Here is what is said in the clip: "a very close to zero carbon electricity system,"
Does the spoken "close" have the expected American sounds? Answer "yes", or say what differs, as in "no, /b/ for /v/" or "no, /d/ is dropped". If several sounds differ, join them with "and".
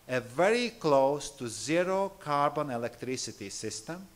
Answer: yes